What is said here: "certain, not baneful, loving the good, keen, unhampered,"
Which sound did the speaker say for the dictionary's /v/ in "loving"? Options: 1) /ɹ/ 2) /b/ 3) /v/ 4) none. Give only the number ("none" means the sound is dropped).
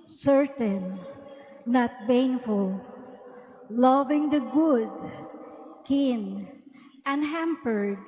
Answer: 3